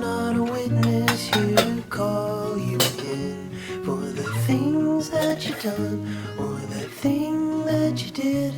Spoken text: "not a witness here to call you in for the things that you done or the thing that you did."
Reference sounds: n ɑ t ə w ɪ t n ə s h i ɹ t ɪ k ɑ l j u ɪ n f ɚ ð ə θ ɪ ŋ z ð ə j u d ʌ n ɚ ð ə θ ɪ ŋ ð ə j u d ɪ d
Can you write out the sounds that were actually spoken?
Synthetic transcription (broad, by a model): n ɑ t ə w ɪ t n ə s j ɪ k ɑ l j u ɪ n f ɚ ð ə θ ɪ ŋ z ð ə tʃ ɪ d ʌ n ɚ ð ə θ ɪ ŋ ð ə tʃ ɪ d ɪ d